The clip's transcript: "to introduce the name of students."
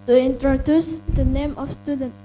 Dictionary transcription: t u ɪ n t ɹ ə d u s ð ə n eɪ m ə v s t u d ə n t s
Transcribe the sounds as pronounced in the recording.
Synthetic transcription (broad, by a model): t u ɪ n t ɹ ə d u s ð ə n eɪ m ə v s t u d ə n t